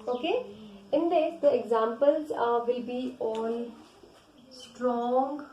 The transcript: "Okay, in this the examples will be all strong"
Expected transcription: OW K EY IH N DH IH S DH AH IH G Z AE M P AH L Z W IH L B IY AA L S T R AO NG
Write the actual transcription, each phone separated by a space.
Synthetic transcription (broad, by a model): OW K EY IH N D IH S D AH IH G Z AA M P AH L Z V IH L B IY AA N S T R AO NG